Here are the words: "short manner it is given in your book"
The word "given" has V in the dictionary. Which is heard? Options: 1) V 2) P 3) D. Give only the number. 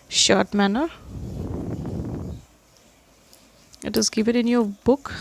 2